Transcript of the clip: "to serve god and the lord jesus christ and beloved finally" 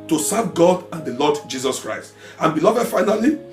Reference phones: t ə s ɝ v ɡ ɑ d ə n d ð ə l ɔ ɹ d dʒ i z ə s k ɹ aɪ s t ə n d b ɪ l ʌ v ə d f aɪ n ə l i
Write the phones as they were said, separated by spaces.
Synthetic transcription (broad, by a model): t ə s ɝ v ɡ ɑ d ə n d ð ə l ɔ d dʒ i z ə s k ɹ aɪ s t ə n b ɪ l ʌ v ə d f aɪ n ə l i